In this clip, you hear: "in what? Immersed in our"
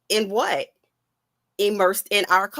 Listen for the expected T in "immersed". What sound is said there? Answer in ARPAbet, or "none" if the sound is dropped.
T